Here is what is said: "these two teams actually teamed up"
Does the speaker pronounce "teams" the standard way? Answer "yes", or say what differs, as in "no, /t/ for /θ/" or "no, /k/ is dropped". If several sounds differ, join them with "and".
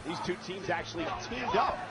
yes